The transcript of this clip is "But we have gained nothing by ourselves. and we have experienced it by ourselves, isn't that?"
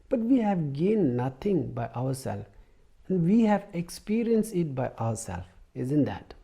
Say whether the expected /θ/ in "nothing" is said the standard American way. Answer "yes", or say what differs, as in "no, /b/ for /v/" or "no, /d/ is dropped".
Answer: no, /t/ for /θ/